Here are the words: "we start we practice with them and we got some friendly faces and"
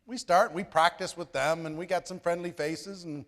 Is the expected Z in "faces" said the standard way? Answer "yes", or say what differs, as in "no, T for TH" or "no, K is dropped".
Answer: yes